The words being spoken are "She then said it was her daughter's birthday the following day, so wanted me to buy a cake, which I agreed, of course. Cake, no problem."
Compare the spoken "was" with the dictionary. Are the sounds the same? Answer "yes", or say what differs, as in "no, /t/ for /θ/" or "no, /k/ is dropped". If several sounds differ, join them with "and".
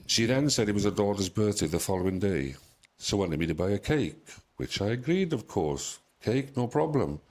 yes